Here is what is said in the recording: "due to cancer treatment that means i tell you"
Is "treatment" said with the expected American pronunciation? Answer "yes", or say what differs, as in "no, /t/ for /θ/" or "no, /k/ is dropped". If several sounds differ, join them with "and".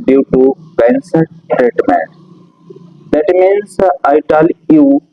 no, /n/ is dropped